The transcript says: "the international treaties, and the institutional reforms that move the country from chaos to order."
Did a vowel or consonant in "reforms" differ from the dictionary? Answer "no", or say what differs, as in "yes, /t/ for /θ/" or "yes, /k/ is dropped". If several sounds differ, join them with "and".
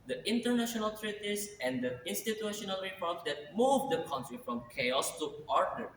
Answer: yes, /p/ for /f/